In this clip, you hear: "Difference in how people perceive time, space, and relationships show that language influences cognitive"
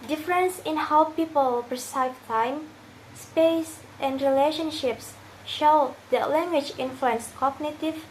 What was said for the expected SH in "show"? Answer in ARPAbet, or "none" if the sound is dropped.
SH